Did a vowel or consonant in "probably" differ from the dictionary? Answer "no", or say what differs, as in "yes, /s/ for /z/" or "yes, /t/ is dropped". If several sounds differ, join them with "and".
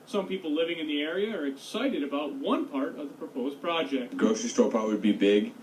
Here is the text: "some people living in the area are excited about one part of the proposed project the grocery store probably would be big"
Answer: yes, /ɹ/ is dropped